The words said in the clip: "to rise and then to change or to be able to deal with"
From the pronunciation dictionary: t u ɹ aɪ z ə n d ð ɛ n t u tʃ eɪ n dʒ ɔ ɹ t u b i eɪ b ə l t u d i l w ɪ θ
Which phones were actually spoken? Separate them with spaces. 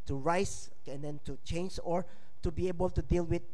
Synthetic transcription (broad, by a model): t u ɹ aɪ s ə n d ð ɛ n t u tʃ eɪ n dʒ ɔ ɹ t u b i eɪ b ə l t u d i l w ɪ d